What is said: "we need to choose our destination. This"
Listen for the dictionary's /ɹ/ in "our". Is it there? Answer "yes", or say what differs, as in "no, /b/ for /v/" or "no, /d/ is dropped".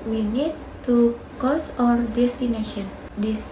yes